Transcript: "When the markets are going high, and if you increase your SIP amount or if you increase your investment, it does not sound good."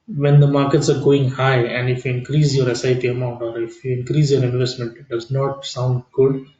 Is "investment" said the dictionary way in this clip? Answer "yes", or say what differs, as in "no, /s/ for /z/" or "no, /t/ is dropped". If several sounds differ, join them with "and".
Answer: yes